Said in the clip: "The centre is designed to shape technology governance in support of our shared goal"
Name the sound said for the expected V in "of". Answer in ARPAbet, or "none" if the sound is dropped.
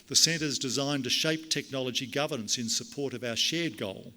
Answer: V